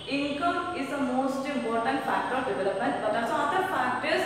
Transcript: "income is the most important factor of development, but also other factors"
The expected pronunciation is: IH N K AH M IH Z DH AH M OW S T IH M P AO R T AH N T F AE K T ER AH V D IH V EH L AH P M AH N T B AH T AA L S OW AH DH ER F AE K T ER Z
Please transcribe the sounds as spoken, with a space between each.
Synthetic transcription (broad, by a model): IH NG K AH M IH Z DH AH M OW S T IH M P AO R T AH N T F AE K T ER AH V D IH V EH L AH P M AH N T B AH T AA N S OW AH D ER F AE K T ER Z